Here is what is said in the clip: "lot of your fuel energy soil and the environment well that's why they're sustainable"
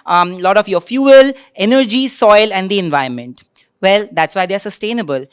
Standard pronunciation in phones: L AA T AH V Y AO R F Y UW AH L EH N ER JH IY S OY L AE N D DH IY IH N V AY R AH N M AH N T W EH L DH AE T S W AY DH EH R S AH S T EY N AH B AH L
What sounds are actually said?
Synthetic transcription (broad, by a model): L AA T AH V Y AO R F Y UW AH L EH N ER JH IY S OY L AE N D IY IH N V AY AH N M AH N T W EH L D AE T S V AY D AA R S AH S T EY N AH B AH L